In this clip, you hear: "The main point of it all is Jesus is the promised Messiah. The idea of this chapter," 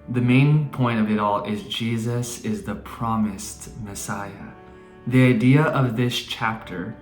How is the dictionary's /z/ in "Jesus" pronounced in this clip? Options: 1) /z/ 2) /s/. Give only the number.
1